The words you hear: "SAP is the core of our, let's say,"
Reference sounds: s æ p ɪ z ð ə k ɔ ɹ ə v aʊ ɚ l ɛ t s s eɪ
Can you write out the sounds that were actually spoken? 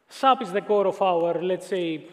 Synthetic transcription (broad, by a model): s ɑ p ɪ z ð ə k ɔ ɹ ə f aʊ ɚ l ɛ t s s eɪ